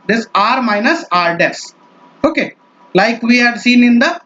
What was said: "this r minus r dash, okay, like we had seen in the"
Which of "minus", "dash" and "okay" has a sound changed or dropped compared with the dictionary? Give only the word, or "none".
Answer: dash